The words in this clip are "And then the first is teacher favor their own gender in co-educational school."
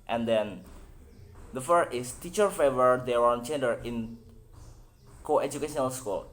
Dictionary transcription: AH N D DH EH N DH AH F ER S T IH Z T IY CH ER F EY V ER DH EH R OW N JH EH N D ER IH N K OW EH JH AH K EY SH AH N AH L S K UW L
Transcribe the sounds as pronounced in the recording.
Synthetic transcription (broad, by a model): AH N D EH N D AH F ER T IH S T IY CH ER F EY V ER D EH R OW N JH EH N D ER IH N K OW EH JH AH K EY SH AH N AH L S K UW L